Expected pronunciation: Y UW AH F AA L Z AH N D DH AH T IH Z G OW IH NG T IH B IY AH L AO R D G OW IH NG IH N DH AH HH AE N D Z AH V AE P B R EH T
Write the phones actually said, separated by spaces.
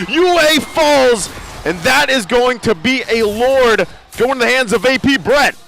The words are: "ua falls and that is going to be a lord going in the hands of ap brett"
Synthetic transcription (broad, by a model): Y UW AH F AA L Z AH N DH AH T IH Z G OW IH NG T IH B IY AH L AO R D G OW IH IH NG DH AH HH AE N D Z AH V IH P B R EH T